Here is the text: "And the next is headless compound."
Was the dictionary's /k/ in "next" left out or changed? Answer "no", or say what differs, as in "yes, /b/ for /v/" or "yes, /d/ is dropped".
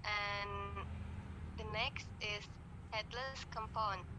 no